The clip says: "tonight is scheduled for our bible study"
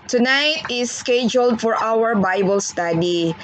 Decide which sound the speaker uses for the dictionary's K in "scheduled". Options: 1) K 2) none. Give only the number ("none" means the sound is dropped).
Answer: 1